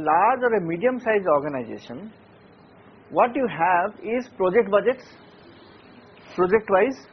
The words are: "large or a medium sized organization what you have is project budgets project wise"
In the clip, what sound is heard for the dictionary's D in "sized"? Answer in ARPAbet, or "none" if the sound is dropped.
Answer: none